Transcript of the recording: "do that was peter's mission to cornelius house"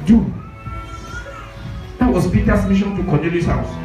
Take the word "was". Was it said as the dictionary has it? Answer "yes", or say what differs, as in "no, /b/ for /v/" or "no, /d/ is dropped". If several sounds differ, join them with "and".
no, /s/ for /z/